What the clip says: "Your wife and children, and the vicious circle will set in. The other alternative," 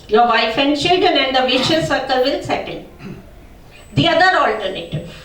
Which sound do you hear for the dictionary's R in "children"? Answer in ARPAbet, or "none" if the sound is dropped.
none